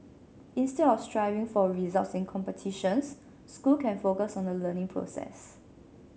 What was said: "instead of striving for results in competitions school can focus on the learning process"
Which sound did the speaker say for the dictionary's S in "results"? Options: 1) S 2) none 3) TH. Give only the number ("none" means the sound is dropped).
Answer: 1